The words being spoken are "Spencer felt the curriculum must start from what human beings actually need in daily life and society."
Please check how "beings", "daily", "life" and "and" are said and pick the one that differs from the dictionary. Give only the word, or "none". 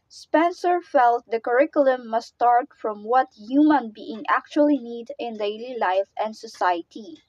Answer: beings